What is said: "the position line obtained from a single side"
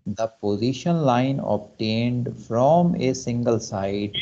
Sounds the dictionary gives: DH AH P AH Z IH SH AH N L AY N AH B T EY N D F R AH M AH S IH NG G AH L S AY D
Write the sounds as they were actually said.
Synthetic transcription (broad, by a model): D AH P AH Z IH SH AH N L AY N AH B T EY N D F R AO M AH S IH NG G AH L S AY D